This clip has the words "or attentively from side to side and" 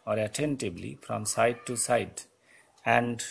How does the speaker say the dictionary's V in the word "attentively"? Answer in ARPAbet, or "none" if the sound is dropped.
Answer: B